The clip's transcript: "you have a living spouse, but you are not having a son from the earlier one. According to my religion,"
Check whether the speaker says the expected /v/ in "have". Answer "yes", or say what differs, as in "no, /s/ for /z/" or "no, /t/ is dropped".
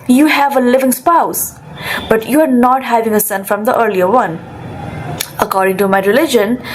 yes